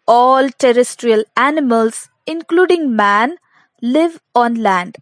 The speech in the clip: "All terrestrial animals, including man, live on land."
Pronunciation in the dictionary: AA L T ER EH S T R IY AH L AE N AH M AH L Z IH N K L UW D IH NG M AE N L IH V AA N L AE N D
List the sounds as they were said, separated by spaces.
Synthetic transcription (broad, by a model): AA L T ER EH S T R IY AH L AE N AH M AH L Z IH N K L UW D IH NG M AE N L IH V AA N L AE N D